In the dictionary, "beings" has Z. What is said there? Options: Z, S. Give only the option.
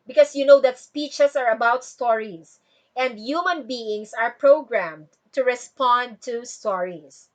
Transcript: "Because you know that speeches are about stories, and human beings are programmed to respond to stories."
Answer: S